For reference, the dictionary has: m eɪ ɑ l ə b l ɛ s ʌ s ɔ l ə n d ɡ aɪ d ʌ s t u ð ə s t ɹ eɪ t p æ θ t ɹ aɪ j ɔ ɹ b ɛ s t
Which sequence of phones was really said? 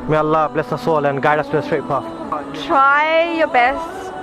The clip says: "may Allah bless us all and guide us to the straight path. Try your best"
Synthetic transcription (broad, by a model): m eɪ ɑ l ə b l ɛ s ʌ s ɔ l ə n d ɡ aɪ d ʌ s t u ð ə s t ɹ eɪ t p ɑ f t ɹ aɪ j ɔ b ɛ s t